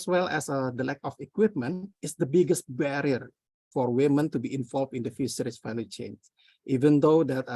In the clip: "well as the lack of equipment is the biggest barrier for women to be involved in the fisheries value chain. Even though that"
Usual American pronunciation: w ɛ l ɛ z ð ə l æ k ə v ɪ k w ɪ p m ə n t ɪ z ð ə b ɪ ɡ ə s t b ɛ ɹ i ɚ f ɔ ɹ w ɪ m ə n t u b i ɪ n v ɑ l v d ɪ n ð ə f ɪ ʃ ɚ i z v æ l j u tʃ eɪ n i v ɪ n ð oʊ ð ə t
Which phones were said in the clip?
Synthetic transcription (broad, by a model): w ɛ l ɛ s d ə l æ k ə f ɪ k w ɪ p m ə n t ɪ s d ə b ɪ ɡ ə s t b ɛ ɹ i ɚ f ɔ ɹ w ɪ m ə n t u b i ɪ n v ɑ l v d ɪ n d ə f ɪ s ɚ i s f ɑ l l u tʃ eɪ n i v ɪ n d oʊ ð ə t